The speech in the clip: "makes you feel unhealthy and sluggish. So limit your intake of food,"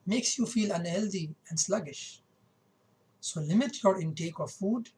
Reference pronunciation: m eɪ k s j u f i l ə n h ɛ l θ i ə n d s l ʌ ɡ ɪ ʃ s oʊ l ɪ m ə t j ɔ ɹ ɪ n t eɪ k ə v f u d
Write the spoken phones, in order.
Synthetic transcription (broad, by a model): m eɪ k s j u f i l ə n h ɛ l t i ə n d s l ʌ ɡ ɪ ʃ s oʊ l ɪ m ə t j ɔ ɹ ɪ n t eɪ k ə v f u d